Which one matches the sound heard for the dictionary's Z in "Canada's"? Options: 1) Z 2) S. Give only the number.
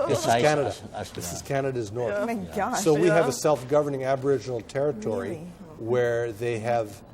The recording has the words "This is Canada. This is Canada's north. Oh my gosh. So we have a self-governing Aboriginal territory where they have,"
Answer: 1